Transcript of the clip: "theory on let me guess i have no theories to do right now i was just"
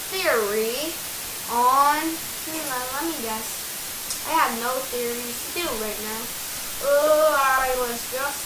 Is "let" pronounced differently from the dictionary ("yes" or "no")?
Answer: no